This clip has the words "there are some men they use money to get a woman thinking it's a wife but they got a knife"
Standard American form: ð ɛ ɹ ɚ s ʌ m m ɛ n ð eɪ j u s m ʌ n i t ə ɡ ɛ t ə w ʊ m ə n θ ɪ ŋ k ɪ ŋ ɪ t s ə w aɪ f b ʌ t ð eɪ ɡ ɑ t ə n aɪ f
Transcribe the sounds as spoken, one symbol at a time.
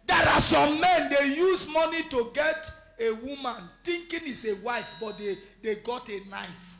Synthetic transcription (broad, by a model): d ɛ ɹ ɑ s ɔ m m ɛ n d eɪ j u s m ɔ n i t ə ɡ ɛ t ə w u m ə n t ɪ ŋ k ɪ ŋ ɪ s ə w aɪ f b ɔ t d eɪ ɡ ɑ t ə n aɪ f